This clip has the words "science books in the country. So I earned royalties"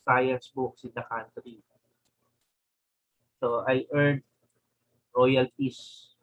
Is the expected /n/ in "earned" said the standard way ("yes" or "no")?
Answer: no